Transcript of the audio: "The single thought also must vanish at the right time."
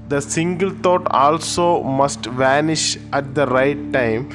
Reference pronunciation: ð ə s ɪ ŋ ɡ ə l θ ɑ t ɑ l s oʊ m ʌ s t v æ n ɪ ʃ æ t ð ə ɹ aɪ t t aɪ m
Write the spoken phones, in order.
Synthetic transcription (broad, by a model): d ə s ɪ ŋ ɡ ə l t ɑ t ɑ l s oʊ m ʌ s t v æ n ɪ ʃ æ t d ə ɹ aɪ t t aɪ m